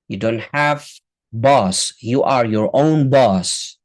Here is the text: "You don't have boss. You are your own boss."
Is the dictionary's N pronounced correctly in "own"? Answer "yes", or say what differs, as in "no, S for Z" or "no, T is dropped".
yes